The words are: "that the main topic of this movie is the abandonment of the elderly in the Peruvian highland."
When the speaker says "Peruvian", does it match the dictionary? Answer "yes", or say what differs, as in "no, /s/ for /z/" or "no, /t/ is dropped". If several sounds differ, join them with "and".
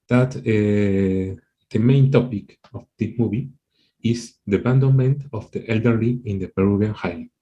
no, /b/ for /v/